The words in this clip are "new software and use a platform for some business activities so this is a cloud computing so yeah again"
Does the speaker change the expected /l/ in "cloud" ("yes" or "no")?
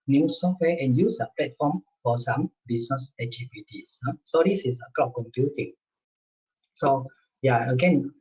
yes